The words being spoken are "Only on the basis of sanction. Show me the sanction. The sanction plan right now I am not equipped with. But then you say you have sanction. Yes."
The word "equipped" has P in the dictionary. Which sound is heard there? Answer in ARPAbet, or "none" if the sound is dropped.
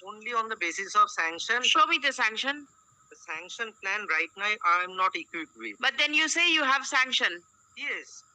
none